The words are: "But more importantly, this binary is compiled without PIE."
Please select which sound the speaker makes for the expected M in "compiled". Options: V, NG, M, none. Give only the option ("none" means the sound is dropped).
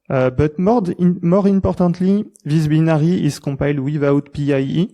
none